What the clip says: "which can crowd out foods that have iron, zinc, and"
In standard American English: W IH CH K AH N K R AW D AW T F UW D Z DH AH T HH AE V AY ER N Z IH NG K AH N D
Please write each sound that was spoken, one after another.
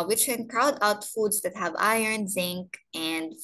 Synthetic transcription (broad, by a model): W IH CH K AH N K R AW D AW T F UW D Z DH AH T HH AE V AY ER N Z IH NG K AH N D